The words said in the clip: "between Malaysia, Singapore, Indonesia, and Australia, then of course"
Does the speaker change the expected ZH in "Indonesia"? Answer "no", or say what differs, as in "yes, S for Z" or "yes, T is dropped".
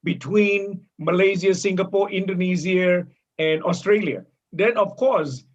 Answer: yes, Z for ZH